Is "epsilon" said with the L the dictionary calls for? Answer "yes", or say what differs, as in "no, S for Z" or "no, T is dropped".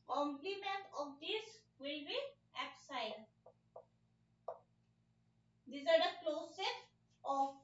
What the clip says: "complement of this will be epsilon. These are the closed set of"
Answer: no, L is dropped